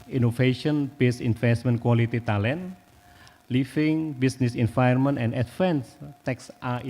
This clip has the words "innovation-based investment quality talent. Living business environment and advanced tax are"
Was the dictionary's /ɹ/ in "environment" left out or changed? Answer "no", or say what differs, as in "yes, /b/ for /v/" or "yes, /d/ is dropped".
yes, /ɹ/ is dropped